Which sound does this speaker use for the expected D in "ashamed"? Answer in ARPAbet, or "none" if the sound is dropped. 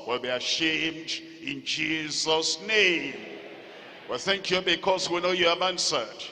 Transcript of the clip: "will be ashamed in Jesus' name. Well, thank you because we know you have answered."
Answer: D